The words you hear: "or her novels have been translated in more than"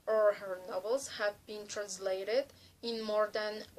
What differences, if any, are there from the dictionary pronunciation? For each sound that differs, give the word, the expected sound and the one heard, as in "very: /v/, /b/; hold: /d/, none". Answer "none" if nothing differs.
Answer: none